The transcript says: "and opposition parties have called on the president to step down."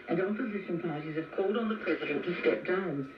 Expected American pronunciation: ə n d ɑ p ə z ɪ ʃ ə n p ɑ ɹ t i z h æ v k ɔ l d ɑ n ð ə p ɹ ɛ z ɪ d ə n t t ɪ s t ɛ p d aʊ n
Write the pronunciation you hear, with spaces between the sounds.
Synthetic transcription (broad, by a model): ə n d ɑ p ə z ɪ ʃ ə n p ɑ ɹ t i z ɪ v k ɔ l d n ð ə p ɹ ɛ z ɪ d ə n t t ɪ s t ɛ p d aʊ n